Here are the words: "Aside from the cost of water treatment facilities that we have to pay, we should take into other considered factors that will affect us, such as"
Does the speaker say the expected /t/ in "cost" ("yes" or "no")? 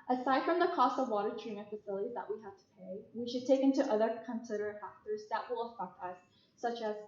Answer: yes